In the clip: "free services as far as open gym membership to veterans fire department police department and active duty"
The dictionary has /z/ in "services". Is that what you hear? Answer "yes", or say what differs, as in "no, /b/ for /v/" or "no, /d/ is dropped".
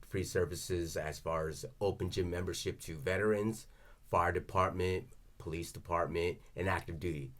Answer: yes